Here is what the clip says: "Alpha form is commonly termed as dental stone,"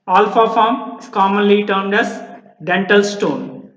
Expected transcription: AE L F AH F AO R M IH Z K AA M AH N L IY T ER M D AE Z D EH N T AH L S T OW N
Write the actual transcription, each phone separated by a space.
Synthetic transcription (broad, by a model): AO L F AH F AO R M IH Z K AA M AH N L IY T ER M D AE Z D EH N T AH L S T OW N